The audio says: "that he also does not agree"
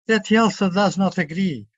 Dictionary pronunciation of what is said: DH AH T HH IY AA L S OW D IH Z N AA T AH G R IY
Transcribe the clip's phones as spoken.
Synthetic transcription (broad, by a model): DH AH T HH IY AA L S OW D IH Z N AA T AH G R IY